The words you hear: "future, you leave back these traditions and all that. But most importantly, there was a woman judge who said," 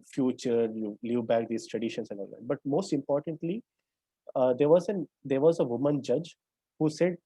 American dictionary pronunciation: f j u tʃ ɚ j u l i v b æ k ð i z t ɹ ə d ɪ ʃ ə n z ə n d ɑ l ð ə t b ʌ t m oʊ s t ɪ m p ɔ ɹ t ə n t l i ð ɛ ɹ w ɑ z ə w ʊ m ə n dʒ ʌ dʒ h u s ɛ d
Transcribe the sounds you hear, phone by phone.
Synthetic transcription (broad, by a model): f j u tʃ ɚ j u l i v b æ k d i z t ɹ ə d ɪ ʃ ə n s ə n d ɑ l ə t b ʌ t m oʊ s t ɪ m p ɔ ɹ t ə n t l i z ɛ ɹ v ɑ z ə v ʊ m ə n dʒ ʌ dʒ h u s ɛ d